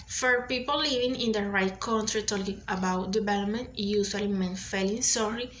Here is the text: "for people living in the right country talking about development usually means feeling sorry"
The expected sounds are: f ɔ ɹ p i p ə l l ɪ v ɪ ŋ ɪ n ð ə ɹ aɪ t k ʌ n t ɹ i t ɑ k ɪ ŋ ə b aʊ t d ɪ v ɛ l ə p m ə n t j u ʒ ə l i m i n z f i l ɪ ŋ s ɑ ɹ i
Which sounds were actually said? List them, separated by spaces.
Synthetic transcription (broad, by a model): f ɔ ɹ p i p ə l l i v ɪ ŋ ɪ n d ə ɹ aɪ t k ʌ n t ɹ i t ɑ k ɪ ŋ ə b aʊ t d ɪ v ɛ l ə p m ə n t j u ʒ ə l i m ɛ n f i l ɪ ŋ s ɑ ɹ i